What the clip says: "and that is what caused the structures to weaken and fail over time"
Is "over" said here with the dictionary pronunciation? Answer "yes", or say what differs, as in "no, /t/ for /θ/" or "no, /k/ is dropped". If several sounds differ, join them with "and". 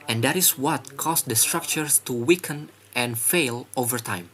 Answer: yes